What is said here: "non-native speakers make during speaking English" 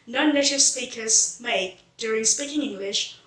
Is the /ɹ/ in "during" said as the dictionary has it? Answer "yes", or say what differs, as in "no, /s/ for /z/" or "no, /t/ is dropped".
yes